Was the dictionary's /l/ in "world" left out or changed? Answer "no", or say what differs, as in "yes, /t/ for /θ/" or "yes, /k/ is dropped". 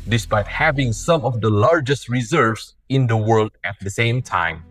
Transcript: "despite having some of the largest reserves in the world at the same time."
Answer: no